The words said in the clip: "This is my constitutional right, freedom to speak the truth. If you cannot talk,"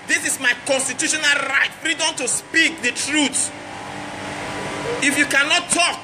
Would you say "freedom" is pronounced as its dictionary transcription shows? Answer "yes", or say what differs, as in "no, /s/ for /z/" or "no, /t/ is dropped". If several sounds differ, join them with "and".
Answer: yes